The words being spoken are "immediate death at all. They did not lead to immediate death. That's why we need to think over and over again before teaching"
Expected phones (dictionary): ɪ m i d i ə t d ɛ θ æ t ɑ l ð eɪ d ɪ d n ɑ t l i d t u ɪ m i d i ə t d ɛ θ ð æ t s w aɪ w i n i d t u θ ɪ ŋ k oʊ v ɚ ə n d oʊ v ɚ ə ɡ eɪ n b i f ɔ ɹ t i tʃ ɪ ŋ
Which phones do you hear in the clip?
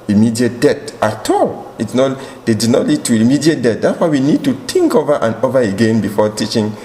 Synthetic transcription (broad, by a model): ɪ m i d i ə t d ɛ t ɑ t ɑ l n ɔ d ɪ d n ɑ t l i d t u ɪ m i d i ə t d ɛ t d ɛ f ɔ w i n i d t u t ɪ ŋ k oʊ v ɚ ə n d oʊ v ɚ ə ɡ eɪ n b i f ɔ t i tʃ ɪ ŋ